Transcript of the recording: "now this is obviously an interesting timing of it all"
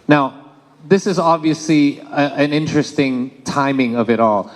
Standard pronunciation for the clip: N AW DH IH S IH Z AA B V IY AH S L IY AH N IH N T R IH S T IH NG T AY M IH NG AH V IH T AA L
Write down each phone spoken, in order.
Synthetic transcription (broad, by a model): N AW DH IH S IH Z AA B V IY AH S L IY AH N IH N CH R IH S T IH NG T AY M IH NG AH V IH T AA L